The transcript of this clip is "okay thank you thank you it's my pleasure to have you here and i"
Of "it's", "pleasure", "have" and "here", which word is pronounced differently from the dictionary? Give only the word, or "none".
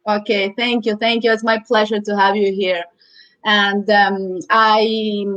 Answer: none